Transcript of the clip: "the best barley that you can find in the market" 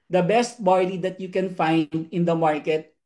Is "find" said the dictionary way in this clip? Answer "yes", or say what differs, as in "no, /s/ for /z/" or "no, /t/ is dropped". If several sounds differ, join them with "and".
yes